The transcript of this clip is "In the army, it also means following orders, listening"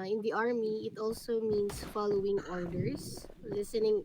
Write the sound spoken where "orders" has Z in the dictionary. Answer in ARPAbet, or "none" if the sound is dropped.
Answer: S